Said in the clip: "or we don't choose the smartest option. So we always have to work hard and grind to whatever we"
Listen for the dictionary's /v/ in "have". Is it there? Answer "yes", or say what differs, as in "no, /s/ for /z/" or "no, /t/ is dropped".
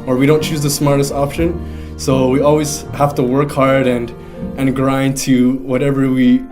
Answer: no, /f/ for /v/